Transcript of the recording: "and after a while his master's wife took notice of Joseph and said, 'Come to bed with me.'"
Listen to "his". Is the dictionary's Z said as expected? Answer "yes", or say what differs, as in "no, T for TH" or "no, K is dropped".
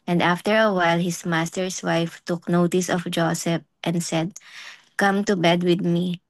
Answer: no, S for Z